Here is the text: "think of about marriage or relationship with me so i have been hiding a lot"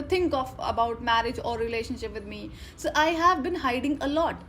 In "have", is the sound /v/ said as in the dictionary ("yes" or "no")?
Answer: yes